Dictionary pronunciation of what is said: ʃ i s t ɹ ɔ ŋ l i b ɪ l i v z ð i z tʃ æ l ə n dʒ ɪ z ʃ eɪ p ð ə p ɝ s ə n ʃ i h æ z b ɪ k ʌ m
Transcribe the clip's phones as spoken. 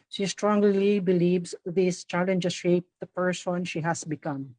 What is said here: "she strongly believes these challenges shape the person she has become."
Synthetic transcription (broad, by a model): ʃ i s t ɹ ɔ ŋ l i b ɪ l i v s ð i s tʃ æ l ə n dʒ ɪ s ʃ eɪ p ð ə p ɝ s ə n ʃ i h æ s b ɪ k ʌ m